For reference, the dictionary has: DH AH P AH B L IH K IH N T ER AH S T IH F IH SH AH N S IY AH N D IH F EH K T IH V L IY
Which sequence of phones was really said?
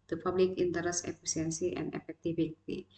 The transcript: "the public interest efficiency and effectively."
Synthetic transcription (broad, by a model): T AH P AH B L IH K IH N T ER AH S IH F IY S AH N S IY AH N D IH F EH K T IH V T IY